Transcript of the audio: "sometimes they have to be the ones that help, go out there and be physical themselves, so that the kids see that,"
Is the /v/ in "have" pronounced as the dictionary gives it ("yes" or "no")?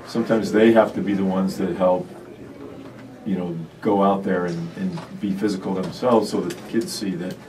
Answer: no